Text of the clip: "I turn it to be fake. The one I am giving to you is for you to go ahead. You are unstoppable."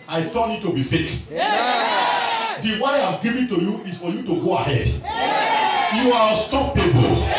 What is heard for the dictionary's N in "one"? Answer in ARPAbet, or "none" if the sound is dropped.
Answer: none